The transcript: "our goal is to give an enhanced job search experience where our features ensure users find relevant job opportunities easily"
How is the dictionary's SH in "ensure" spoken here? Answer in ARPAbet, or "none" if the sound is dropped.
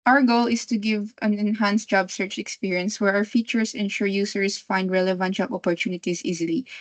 SH